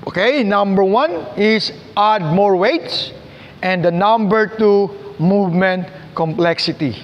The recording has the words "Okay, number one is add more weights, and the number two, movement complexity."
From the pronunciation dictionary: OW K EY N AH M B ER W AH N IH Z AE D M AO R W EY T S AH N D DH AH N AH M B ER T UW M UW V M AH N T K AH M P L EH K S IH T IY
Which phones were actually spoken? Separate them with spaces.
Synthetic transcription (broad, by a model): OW K EY N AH M B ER W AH N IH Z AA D M AO R W EY T S AH N D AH N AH M B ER T UW M UW V M AH N T K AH M P L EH K S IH T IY